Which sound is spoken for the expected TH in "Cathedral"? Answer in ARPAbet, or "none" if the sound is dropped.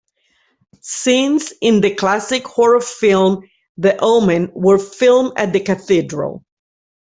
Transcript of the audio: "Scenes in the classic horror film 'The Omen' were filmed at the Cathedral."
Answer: TH